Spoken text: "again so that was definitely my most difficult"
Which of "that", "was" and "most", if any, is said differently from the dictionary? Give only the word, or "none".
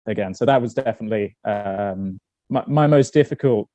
none